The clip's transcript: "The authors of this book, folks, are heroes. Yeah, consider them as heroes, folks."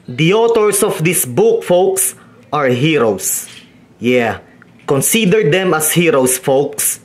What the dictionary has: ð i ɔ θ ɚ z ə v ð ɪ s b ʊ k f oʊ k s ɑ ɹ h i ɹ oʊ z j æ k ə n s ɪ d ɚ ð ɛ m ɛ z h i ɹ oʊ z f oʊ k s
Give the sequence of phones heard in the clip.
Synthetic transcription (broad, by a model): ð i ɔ t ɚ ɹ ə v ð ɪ s b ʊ k f oʊ k s ɑ ɹ h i ɹ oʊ s j æ k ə n s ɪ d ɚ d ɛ m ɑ s h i ɹ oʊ s f oʊ k s